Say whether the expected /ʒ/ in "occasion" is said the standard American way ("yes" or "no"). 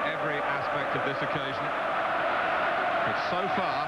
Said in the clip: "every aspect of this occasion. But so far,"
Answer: yes